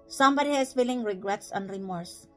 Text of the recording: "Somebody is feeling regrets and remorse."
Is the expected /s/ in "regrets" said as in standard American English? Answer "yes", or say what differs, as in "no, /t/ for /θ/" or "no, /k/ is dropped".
yes